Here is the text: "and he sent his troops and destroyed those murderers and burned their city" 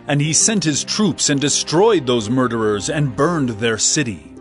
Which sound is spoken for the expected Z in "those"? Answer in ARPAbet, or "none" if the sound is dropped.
Z